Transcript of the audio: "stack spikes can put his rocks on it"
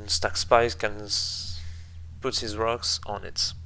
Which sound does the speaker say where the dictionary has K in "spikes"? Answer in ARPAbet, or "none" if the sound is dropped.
none